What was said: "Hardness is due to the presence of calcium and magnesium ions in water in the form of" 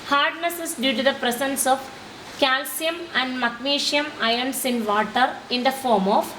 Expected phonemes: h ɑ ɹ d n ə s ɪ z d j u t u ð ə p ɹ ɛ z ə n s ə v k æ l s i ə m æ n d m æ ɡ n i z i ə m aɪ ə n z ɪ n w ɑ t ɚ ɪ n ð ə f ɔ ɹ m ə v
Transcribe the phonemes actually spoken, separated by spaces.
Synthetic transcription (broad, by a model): h ɑ ɹ d n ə s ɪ s d j u t u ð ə p ɹ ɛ s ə n s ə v k æ l s i ə m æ n d m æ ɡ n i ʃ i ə m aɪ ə n s ɪ n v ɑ t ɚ ɪ n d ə f ɔ ɹ m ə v